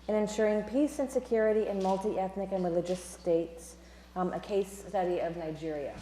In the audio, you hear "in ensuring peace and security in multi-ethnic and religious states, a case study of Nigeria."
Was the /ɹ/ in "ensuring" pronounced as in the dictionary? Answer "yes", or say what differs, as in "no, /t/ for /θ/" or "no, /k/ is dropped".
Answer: yes